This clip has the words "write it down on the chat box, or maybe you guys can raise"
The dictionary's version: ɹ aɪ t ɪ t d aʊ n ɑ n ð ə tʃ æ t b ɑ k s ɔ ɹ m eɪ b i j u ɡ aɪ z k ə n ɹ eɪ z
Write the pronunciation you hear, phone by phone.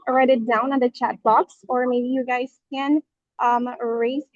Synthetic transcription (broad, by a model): ɹ aɪ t ɪ t d aʊ n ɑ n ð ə tʃ æ t b ɑ k s ɔ ɹ m eɪ b i j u ɡ aɪ z k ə n ɹ eɪ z